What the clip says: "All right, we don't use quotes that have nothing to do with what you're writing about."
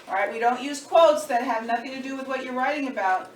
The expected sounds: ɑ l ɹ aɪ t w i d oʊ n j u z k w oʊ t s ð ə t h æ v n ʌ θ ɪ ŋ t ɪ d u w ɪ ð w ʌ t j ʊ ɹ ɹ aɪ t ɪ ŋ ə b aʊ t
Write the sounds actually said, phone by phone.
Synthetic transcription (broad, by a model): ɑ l ɹ aɪ t w i d oʊ n j u z k w oʊ t s ð ə t h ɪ v n ʌ θ ɪ ŋ t ɪ d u w ɪ ð w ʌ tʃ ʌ ɹ ɹ aɪ t ɪ ŋ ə b aʊ t